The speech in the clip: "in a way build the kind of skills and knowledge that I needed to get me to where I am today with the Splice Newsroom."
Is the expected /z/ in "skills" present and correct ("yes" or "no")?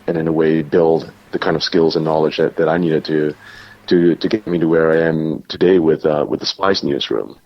yes